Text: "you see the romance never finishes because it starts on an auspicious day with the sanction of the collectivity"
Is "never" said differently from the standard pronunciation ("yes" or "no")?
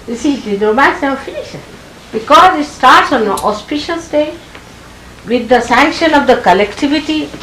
yes